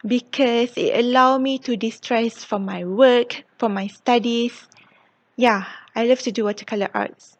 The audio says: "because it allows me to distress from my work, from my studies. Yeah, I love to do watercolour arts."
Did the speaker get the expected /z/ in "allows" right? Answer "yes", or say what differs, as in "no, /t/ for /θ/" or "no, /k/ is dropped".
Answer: no, /z/ is dropped